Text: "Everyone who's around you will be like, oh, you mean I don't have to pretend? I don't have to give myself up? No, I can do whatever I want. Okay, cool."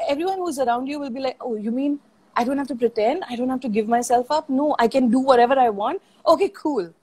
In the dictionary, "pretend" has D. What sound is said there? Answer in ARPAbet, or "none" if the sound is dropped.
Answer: D